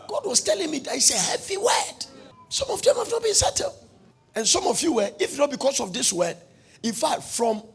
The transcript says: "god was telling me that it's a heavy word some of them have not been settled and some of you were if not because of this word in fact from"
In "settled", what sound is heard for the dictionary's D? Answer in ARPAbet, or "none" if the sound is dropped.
none